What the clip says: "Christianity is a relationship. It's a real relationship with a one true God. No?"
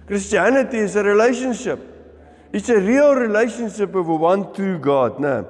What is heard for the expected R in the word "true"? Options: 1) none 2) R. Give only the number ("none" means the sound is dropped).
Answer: 1